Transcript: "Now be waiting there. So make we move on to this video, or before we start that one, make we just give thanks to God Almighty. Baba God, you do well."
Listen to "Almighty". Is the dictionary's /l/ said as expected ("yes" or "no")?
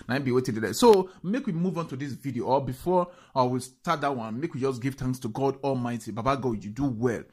yes